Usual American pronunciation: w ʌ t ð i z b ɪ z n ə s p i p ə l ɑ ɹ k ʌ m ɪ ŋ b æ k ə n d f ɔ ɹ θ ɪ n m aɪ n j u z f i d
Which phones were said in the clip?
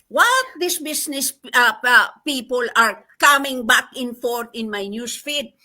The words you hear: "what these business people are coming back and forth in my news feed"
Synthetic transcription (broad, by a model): w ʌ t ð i s b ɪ s n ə s p i p ə l ɑ ɹ k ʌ m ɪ ŋ b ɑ k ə n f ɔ ɹ t ɪ n m aɪ n j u s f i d